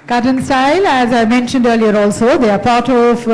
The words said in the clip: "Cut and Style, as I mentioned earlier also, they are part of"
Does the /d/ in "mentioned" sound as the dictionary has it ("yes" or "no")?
yes